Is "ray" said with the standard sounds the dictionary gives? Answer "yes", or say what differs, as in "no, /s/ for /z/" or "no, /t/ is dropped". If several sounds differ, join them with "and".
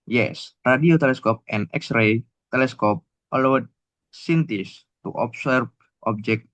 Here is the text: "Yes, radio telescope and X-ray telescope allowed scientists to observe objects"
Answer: yes